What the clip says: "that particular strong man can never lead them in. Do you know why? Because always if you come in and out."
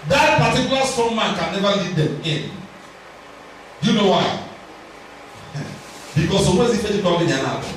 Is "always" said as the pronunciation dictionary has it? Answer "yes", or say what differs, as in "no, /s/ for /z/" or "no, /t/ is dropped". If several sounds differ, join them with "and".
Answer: no, /l/ is dropped